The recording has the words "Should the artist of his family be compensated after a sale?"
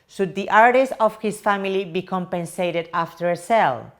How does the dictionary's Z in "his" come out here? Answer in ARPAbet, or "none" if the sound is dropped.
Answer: S